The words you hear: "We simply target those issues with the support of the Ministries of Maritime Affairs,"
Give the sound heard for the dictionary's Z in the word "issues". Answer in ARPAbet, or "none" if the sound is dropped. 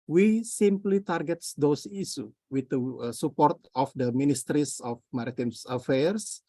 none